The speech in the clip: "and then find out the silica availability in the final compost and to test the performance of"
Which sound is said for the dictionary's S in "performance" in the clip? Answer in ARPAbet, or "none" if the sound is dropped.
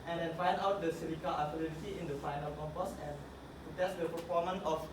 none